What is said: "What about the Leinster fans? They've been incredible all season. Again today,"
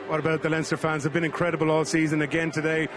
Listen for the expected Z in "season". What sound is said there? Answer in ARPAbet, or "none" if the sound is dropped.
Z